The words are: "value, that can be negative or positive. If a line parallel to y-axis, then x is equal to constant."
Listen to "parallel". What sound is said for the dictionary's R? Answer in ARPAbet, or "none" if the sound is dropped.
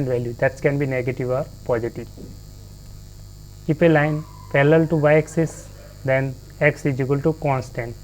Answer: L